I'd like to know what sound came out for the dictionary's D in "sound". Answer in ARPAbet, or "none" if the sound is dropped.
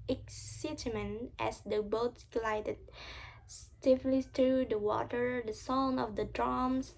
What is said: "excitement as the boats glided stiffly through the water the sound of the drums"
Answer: none